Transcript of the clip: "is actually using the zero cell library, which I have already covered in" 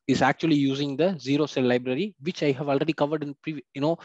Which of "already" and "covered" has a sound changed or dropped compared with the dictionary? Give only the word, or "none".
none